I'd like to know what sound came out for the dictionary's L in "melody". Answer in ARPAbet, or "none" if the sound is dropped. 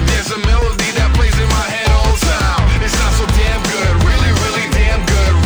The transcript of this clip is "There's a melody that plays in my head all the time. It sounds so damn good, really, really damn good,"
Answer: L